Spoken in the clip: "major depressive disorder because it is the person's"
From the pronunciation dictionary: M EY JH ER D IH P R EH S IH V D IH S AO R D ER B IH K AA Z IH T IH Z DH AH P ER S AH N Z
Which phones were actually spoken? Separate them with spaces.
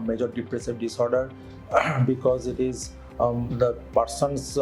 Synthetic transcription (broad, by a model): M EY JH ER D IH P R EH S IH V D IH S AO R D ER B IH K AA Z IH T IH Z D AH P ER S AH N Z